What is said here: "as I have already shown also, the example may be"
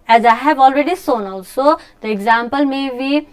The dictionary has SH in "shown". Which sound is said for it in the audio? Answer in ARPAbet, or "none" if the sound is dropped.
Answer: S